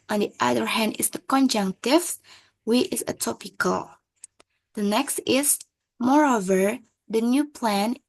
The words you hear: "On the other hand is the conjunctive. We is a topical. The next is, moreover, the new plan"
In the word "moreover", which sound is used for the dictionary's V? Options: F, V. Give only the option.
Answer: V